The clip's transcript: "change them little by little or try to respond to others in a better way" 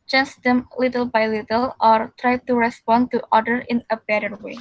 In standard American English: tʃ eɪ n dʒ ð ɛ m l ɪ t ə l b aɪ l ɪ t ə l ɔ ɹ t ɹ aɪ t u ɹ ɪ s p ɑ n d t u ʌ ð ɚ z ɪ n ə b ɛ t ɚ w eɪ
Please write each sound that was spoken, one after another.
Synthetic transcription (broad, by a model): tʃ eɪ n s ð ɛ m l ɪ t ə l b aɪ l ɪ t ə l ɔ ɹ t ɹ aɪ t u ɹ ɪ s p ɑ n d t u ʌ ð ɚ ɪ n ə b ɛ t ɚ w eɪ